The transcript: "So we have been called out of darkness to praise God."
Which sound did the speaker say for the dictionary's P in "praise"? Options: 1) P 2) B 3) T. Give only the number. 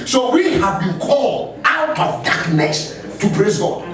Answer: 2